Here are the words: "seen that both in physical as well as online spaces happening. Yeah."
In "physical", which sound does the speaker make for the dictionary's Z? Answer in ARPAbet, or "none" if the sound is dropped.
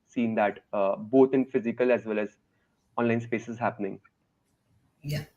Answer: Z